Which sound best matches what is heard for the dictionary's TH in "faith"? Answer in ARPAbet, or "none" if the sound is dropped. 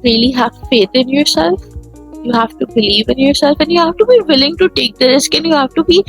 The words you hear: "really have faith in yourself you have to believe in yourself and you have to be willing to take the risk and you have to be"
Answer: T